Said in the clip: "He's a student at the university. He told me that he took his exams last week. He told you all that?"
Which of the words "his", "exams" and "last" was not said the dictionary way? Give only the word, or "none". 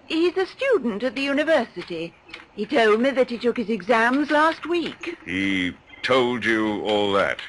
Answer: none